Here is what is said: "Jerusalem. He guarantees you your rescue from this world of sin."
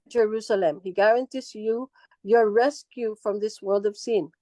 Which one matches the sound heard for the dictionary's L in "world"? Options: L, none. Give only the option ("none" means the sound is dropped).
L